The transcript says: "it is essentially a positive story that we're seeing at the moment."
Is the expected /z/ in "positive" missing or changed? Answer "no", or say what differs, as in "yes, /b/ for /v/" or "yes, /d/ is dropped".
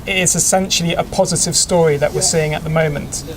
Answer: no